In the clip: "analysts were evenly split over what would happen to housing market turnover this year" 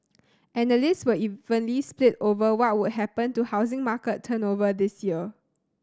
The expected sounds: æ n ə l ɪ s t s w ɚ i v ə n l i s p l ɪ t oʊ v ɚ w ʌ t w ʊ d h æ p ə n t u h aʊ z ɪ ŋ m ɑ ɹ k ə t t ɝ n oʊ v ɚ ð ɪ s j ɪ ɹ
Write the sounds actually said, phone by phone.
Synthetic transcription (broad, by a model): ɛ n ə l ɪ s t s w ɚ i v ə n l i s p l ɪ t oʊ v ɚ w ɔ t w ʊ d h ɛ p ə n t u h aʊ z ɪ ŋ m ɑ k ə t t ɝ n oʊ v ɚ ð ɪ s j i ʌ